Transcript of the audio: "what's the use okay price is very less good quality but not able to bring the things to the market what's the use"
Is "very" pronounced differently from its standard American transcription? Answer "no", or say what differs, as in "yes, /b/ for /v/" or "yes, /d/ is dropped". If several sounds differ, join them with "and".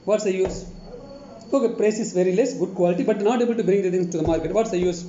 no